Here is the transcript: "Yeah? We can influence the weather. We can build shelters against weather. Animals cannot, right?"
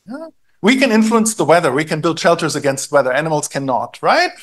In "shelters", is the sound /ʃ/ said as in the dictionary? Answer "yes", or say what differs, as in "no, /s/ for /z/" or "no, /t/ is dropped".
yes